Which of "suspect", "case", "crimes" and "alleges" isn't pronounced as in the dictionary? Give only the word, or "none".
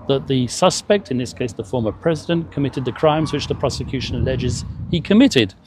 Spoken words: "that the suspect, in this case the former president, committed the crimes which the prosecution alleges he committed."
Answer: none